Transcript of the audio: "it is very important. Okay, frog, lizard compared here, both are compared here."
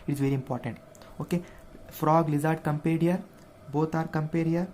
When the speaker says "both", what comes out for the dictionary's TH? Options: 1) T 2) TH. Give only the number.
1